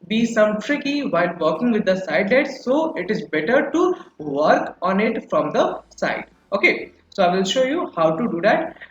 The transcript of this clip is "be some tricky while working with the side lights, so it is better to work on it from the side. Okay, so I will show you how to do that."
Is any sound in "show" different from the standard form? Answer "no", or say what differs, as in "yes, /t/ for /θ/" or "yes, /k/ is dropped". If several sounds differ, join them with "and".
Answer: no